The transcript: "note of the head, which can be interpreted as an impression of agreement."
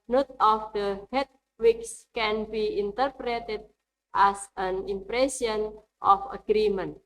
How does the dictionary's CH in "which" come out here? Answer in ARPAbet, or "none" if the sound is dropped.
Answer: S